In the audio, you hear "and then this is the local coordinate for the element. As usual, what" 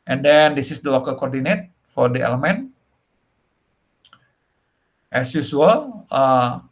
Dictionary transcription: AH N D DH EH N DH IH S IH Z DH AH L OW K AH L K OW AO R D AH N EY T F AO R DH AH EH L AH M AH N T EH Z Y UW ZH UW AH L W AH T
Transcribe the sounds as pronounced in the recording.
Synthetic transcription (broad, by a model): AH N D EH N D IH S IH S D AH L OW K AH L K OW AO R D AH N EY T F AO R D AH EH L AH M AH N T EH S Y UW S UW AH L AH